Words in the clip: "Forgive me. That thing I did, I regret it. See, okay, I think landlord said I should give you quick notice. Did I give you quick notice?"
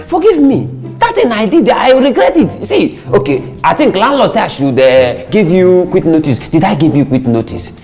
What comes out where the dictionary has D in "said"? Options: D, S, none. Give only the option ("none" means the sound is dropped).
none